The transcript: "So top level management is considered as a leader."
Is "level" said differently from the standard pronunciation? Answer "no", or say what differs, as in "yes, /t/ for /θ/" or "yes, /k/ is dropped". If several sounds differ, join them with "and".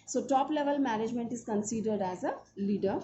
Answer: no